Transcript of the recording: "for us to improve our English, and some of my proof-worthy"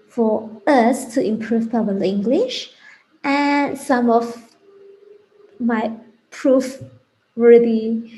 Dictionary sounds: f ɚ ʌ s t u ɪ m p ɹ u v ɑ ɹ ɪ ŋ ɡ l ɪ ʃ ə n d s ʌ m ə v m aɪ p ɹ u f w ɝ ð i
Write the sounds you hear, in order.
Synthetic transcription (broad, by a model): f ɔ ʌ s t u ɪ m p ɹ u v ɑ l ɪ ŋ ɡ l ɪ ʃ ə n s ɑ m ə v m aɪ p ɹ u f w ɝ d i